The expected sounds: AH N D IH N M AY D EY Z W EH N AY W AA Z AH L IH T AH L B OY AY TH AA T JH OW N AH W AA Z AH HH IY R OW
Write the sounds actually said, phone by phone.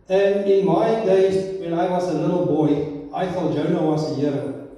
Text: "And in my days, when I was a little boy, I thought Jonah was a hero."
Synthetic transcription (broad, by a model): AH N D IH N M AY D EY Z W EH N AY W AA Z AH L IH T L B OY AY F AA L JH OW N AH W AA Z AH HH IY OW